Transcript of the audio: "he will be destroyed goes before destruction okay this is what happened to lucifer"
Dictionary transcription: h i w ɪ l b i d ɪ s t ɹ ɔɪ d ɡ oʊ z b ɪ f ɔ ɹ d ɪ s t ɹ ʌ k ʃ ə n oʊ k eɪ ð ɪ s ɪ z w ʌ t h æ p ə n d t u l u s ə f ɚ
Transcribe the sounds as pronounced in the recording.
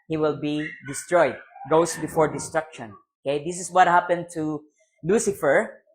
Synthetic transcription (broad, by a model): h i w ɪ l b i d ɪ s t ɹ ɔɪ d ɡ oʊ s b ɪ f ɔ ɹ d ɪ s t ɹ ʌ k ʃ ə n oʊ k eɪ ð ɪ s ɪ s w ʌ t h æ p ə n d t u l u s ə f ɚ